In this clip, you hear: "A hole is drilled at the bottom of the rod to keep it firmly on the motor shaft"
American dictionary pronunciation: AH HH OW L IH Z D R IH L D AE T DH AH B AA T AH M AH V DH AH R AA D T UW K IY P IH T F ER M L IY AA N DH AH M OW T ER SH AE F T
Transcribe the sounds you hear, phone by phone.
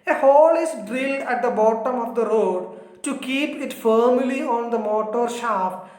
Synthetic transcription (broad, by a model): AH HH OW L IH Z D R IH L D AE T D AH B AA T AH M AH V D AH R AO D T UW K IY P IH T F ER M L IY AA N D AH M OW T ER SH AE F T